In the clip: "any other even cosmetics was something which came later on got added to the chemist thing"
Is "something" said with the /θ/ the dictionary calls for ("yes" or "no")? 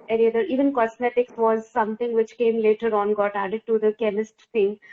no